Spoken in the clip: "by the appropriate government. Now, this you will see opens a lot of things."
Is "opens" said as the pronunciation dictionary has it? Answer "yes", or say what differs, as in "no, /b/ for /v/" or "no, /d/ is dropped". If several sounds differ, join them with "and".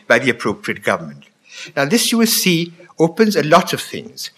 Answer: yes